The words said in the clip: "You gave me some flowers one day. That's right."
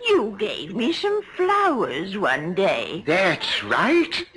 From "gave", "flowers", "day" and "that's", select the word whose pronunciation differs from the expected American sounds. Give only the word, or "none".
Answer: none